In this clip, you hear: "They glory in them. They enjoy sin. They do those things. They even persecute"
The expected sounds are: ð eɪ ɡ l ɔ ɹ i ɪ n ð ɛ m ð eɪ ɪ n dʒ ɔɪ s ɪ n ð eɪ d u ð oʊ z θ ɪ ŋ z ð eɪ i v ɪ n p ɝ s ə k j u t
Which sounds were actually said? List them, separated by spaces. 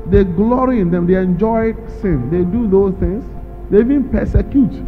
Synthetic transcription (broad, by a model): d eɪ ɡ l ɔ ɹ i ɪ n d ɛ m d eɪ ɪ n dʒ ɔɪ s ɪ n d eɪ d u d oʊ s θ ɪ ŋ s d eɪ i v ɪ n p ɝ s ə k j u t